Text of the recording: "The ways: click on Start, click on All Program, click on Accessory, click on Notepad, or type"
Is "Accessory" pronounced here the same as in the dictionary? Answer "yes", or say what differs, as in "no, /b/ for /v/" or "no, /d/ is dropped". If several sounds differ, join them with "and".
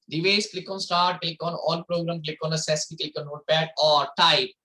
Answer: no, /k/ is dropped